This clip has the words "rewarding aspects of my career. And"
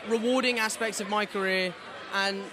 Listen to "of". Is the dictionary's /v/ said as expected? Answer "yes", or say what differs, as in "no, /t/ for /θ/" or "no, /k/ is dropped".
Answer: yes